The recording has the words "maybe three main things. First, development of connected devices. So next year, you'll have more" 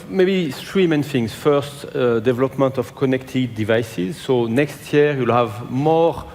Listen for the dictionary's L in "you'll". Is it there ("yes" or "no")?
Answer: yes